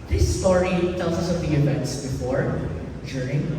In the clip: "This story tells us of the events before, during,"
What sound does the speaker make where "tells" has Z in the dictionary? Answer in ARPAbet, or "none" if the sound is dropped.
S